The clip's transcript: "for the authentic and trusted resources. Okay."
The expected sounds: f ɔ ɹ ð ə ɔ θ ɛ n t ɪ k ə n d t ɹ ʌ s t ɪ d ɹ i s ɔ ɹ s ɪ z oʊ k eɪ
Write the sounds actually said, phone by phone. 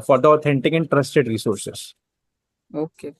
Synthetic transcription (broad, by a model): f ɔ ɹ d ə ɔ t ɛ n t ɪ k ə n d t ɹ ʌ s t ɪ d ɹ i s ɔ ɹ s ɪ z oʊ k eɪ